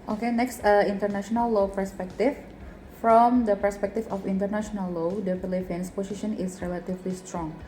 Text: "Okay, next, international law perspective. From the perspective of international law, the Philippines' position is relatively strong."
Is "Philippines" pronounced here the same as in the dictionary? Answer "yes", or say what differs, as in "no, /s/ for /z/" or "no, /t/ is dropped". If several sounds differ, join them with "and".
no, /f/ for /p/ and /s/ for /z/